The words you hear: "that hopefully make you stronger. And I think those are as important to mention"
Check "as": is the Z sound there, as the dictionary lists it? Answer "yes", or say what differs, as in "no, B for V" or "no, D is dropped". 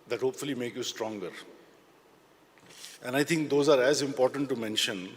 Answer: yes